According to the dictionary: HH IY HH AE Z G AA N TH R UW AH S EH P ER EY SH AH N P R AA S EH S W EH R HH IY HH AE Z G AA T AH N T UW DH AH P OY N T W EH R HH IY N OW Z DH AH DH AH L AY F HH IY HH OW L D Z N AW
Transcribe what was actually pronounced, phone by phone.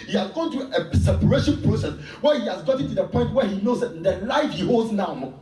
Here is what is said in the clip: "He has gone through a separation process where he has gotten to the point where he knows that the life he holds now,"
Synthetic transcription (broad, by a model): HH IY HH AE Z G AA N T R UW AH S EH P ER EY SH AH N P AA S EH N W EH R HH IY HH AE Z G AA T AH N T UW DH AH P OY N T W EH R HH IY N OW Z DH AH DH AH L AY F HH IY HH OW L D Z N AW